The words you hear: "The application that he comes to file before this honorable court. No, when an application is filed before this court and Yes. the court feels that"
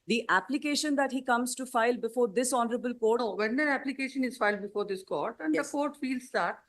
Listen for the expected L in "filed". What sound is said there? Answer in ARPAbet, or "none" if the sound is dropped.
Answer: L